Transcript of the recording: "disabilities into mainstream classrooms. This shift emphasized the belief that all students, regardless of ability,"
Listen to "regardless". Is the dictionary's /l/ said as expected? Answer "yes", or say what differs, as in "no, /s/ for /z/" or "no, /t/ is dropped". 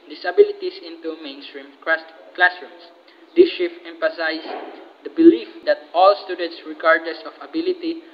no, /l/ is dropped